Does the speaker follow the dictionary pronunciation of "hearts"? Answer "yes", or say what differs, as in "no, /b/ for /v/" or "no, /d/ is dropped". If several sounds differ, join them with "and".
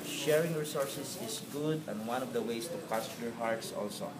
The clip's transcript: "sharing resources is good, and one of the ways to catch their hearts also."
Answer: yes